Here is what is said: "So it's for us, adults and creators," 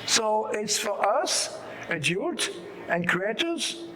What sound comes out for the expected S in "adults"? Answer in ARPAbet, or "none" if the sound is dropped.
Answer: none